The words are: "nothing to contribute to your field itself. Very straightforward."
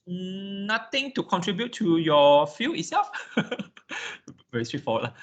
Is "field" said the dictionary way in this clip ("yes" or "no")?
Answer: no